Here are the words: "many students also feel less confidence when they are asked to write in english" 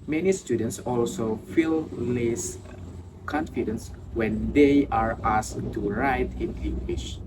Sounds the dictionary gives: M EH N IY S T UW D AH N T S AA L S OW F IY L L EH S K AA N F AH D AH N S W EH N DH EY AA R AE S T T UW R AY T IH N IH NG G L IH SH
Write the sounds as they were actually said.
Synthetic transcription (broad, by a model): M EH N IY S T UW D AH N T S AA L S OW F IY L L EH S K AA N F AH D AH N S W EH N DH EY AA R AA S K T UW R AY T IH N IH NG G L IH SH